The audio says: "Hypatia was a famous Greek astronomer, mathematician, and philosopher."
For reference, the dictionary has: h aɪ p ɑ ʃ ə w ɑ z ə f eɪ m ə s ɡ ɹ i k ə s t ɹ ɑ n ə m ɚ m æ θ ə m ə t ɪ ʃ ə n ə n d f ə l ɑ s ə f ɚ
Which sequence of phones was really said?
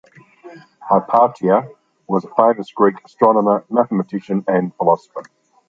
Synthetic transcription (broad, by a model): h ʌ p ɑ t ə w ɑ z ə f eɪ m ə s ɡ ɹ i k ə s t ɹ ɑ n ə m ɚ m æ θ ə m ə t ɪ ʃ ə n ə n f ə l ɑ s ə f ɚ